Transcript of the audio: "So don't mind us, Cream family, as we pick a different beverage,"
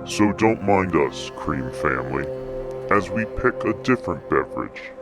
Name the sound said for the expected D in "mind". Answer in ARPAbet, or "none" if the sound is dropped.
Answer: D